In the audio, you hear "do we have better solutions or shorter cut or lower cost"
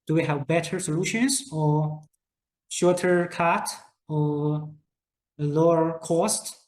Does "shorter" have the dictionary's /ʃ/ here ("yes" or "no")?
yes